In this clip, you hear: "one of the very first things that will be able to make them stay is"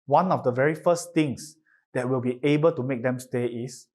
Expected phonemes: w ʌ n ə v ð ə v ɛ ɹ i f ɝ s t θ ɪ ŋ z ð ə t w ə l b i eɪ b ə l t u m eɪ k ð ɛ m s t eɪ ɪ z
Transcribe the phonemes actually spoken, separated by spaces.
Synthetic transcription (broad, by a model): w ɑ n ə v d ə v ɛ ɹ i f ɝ s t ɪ ŋ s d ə t w ə l b i eɪ b ə l t u m eɪ k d ɛ m s t eɪ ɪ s